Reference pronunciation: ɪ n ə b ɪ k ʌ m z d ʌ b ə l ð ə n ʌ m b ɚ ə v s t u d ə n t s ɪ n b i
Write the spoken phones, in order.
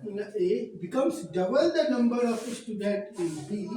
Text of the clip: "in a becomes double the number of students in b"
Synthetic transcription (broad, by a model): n ə b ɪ k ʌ m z d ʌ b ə l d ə n ʌ m b ɚ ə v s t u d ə t ɪ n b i